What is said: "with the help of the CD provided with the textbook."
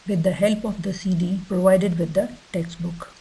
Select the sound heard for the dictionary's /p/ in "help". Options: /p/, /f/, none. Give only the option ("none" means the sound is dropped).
/p/